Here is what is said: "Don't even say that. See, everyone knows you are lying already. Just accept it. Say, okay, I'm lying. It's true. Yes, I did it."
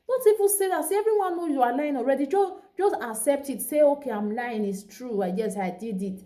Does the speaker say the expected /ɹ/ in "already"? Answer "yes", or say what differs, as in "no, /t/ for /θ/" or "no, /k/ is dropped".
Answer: yes